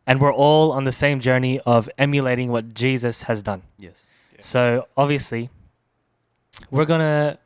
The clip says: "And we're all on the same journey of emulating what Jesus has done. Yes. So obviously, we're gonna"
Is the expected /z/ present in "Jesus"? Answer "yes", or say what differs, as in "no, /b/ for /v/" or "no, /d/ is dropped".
yes